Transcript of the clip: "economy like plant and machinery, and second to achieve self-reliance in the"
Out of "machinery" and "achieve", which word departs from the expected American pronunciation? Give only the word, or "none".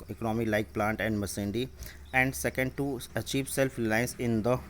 machinery